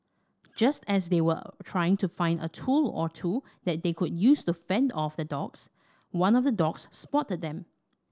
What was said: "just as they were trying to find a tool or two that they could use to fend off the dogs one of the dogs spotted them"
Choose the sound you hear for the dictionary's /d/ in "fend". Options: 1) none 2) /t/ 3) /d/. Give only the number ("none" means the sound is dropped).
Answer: 3